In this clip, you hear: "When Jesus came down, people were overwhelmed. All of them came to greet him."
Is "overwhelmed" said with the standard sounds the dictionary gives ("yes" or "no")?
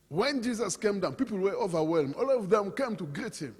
no